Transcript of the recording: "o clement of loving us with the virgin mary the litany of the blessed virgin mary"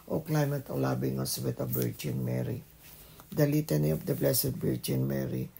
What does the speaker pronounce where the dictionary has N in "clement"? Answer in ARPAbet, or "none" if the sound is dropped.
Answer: none